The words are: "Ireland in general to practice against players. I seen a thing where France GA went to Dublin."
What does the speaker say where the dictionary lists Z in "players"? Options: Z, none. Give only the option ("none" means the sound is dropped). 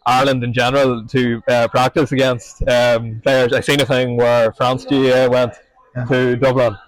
none